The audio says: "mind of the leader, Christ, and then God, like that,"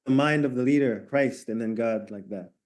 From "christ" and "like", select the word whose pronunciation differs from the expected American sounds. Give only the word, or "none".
none